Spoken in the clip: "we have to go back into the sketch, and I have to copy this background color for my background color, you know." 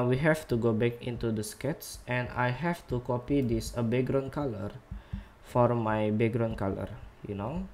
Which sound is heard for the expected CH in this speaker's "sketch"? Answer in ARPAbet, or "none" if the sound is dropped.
S